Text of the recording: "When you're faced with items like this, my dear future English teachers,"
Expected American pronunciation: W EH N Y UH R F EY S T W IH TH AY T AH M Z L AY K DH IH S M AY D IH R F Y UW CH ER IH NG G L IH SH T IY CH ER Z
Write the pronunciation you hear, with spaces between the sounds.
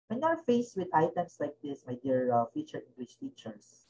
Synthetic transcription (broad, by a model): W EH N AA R F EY S W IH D AY T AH M S L AY K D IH S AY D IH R F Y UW CH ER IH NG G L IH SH T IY CH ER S